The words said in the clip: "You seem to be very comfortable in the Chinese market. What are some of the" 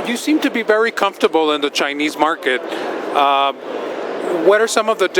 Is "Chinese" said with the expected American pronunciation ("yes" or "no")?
yes